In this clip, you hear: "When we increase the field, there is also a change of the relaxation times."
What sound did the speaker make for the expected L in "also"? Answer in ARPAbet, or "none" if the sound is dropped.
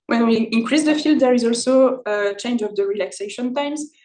L